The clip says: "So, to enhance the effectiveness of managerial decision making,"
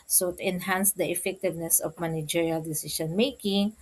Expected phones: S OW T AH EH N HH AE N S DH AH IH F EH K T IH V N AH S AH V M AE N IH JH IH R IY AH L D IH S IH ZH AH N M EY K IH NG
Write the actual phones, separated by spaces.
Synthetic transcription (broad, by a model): S OW T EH N HH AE N S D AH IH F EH K T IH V N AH S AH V M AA N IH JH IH R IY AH L D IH S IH SH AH N M EY K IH NG